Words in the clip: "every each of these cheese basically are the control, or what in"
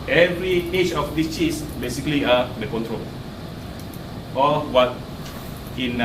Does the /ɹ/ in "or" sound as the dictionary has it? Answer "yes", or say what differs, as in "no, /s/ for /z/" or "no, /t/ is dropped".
no, /l/ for /ɹ/